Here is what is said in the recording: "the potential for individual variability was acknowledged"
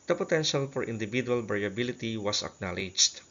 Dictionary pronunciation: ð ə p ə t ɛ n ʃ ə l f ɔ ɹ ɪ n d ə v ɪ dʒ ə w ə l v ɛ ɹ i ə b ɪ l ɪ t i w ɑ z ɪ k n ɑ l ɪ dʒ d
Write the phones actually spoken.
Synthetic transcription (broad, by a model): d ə p ə t ɛ n ʃ ə l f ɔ ɹ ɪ n d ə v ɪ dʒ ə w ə l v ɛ ɹ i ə b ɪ l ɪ t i w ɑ s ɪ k n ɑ l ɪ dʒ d